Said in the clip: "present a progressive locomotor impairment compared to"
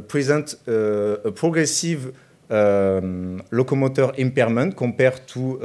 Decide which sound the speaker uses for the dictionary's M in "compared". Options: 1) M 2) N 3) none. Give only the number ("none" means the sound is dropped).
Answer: 3